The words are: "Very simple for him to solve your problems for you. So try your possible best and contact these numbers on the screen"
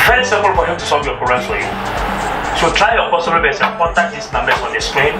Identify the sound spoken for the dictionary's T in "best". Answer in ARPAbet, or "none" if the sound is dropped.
none